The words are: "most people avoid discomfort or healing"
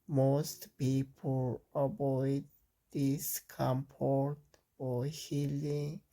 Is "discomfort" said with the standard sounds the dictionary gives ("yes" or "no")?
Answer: no